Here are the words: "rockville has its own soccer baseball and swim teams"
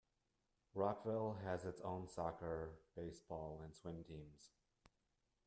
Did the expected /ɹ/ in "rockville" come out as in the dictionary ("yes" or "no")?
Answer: yes